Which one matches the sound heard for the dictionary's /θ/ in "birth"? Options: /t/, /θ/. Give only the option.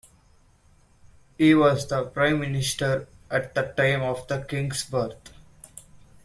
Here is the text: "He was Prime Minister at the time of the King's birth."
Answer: /t/